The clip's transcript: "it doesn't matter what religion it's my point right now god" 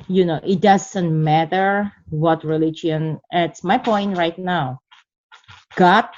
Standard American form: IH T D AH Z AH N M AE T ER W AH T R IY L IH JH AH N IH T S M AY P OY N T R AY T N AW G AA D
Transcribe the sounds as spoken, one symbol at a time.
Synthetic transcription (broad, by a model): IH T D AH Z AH N M AE T ER W AH T R IY L IH JH AH N IH T S M AY P OY N T R AY T N AW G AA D